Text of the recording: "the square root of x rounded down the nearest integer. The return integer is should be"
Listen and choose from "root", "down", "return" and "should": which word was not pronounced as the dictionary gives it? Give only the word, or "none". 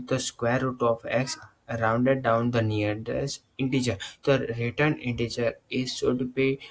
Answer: should